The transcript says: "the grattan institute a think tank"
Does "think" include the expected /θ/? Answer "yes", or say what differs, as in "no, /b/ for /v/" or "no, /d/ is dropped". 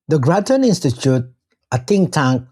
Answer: no, /t/ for /θ/